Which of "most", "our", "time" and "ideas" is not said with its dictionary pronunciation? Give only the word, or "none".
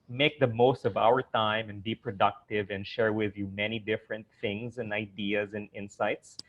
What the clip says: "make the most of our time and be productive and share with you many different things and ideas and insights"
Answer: none